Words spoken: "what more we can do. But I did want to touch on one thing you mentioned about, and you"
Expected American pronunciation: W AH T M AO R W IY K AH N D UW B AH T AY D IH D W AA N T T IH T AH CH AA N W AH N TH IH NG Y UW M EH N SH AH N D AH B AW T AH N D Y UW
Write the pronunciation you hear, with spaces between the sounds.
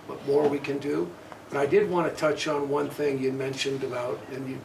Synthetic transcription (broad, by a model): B AH T M AO R W IY K AH N D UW B AH T AY D IH D W AA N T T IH T AH CH N W AH N TH IH NG Y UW M EH N SH AH N D AH B AW T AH N Y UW